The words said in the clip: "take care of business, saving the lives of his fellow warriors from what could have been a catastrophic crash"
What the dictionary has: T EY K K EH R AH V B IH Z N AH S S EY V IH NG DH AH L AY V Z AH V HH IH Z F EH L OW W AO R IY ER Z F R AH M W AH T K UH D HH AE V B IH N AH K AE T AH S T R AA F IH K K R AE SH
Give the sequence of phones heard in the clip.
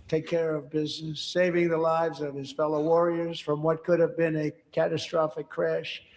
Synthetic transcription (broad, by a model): T EY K K EH R AH V B IH Z N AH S S EY V IH NG DH AH L AY V Z AH V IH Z F EH L OW W AO R IY ER Z F R AH M W AH T K UH D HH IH V B IH N AH K AE T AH S T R AA F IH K K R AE SH